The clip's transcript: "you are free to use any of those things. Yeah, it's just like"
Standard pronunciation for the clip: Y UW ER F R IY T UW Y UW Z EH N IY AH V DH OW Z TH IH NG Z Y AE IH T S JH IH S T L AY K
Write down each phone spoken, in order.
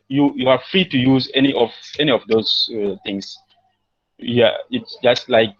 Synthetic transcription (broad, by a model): Y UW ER F R IY T UW Y UW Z EH N IY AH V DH OW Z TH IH NG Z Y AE IH T S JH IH S T L AY K